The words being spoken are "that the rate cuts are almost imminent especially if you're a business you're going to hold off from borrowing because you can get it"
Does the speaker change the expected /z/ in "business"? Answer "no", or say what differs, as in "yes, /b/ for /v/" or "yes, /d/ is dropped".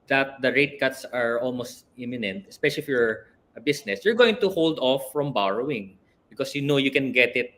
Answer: yes, /s/ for /z/